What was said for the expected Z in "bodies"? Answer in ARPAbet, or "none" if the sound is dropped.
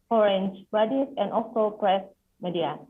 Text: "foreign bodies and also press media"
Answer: S